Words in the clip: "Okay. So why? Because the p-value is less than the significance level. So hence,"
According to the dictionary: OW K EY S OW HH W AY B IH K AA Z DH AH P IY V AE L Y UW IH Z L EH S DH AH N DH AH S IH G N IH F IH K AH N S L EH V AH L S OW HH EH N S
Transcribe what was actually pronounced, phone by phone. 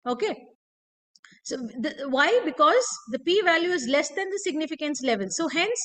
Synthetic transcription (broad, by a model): OW K EY S OW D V AY B IH K AA Z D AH P IY V AE L Y UW IH Z L EH S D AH N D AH S IH G N IH F IH K AH N S L EH V AH L S OW HH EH N S